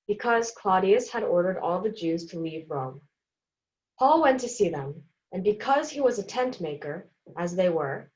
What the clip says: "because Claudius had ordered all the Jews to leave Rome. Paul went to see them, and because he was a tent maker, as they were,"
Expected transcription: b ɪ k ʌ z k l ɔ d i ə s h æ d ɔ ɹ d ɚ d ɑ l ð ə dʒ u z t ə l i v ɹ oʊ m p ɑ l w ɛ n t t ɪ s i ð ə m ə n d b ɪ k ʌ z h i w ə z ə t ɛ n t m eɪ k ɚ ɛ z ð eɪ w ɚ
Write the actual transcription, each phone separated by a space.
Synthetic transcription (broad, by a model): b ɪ k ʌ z k l ɔ d i ə s h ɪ d ɔ ɹ d ɚ d ɑ l ð ə dʒ u z t ə l i v ɹ oʊ m p ɑ l w ɛ n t t ɪ s i ð ə m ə n b ɪ k ʌ z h i w ə z ə t ɛ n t m eɪ k ɚ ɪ z ð eɪ w ɚ